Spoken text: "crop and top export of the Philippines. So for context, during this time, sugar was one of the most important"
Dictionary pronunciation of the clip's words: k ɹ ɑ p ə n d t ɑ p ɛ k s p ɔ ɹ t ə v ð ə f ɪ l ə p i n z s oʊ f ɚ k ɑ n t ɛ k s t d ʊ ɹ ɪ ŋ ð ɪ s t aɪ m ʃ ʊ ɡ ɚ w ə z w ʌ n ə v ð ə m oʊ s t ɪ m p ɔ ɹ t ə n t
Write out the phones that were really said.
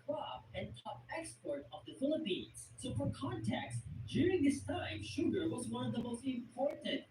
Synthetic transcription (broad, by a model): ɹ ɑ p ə n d t ɑ p ɛ k s p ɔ ɹ t ə v ð ə f ɪ l ə p i n z s oʊ f ɚ k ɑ n t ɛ k s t d ʊ ɹ ɪ ŋ ð ɪ s t aɪ m ʃ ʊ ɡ ɚ w ə z w ʌ n ə v ð ə m oʊ s t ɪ m p ɔ ɹ t n t